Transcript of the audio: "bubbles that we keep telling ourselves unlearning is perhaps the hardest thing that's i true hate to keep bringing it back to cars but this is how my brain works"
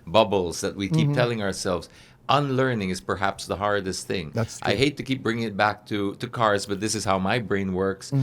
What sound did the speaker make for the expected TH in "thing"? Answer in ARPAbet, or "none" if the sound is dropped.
TH